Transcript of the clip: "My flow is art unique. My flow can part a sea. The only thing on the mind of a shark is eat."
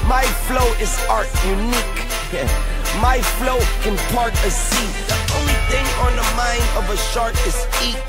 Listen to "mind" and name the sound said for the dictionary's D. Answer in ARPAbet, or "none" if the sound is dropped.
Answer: D